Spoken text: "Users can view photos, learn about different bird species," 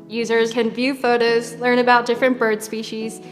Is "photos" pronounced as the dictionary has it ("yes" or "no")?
yes